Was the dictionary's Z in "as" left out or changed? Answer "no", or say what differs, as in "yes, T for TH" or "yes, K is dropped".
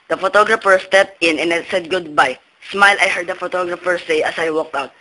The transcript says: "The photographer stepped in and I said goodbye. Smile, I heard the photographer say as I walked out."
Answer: yes, S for Z